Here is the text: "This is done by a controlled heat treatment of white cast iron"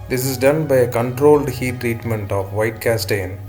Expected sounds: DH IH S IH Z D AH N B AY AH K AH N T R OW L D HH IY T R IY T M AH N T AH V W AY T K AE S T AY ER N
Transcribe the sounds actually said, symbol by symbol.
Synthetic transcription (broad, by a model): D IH S IH Z D AH N B AY AH K AH N T R OW L D HH IY T R IY T M AH N T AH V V AY T K AE S T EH N